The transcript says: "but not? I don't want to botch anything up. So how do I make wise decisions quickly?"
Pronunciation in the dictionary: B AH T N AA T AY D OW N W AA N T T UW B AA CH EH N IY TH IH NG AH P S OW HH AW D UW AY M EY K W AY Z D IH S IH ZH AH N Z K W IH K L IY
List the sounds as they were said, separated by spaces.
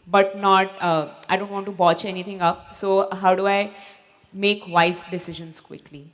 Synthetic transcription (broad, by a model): B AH T N AA T AY D OW N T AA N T T UW B AA CH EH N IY T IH NG AH P S OW HH AW D UW AY M EY K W AY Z D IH S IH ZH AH N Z K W IH K L IY